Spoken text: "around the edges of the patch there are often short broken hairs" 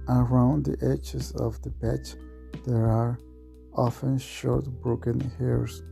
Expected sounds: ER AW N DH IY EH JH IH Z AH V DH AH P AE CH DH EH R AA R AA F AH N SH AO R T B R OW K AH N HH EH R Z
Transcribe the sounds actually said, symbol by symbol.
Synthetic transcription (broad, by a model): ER AW N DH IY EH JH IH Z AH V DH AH B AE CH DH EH R AA R AA F AH N SH AO R T B R OW K AH N HH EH R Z